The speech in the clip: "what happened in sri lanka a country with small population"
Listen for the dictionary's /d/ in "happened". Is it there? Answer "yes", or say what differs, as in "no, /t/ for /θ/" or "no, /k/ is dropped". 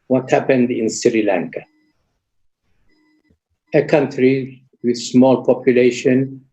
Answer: yes